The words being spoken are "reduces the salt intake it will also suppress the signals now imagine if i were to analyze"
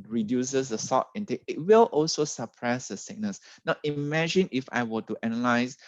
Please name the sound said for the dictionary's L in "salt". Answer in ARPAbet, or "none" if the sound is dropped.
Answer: none